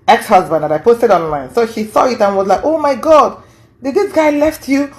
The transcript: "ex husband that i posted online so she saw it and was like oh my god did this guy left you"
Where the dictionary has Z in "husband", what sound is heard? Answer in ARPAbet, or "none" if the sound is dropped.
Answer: Z